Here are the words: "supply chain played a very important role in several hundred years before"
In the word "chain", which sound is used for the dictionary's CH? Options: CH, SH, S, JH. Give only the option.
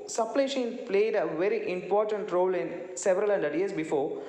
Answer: SH